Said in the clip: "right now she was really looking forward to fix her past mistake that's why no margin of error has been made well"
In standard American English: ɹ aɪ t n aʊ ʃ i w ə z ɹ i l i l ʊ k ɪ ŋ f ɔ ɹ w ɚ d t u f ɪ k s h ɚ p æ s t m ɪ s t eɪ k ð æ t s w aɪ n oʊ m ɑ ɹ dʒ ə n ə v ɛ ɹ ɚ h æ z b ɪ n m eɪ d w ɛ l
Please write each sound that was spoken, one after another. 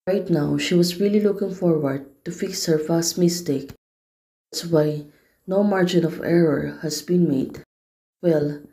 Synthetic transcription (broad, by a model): ɹ aɪ t n aʊ ʃ i w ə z ɹ i l i l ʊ k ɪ ŋ f ɔ ɹ w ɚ d t u f ɪ k s h ɚ f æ s t m ɪ s t eɪ k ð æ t s w aɪ n oʊ m ɑ ɹ dʒ ə n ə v ɛ ɹ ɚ h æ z b ɪ n m eɪ d w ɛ l